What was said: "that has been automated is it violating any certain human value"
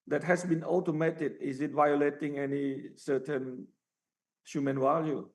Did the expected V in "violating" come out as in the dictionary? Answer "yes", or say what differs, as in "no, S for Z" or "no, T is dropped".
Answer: yes